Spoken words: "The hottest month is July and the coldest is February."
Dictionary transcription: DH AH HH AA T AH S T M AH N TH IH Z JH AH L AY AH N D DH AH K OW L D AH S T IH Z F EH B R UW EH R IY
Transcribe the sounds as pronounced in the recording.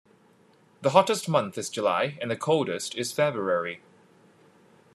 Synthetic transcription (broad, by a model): DH AH HH AA T AH S T M AH N TH IH Z JH AH L AY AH N DH AH K OW L D AH S T IH Z F EH B R UW EH R IY